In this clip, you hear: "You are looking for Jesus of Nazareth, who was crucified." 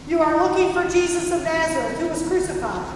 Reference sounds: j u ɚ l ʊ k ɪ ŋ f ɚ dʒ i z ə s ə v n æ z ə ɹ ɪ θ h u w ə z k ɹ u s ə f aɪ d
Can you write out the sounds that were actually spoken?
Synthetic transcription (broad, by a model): j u ɚ l ʊ k ɪ ŋ f ɚ dʒ i z ə s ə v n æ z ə ɹ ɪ t h u w ə z k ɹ u s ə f aɪ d